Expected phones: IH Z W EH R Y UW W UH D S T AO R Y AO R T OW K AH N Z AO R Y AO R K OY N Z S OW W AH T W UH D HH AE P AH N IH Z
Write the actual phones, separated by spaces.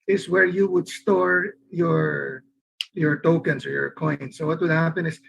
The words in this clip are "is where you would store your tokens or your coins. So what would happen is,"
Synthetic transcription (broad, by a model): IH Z W EH R Y UW W UH D S T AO R Y AO R T OW K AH N S AO R Y AO R K OY N S OW W AH T W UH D HH AE P AH N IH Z